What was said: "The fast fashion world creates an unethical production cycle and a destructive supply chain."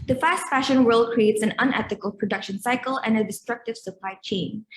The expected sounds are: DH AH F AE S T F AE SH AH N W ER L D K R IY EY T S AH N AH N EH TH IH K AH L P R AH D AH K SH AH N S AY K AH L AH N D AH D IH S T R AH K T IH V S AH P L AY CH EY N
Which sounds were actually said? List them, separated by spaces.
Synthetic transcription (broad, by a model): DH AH F AE S T F AE SH AH N W ER L D K R IY EY T S AH N AH N EH TH IH K AH L P R AH D AH K SH AH N S AY K AH L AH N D AH D IH S T R AH K T IH V S AH P L AY CH EY N